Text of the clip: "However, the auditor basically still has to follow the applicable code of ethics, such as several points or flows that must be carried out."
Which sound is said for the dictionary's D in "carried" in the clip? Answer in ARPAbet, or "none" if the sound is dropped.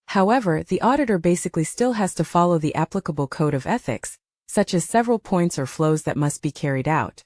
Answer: D